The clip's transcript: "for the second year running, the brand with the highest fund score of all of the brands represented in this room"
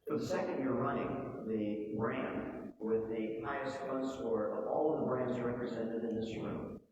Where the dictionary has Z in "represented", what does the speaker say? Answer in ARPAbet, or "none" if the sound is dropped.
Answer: Z